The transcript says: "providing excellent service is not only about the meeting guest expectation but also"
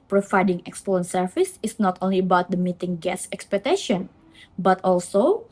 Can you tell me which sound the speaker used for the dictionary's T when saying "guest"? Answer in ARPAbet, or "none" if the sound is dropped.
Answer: none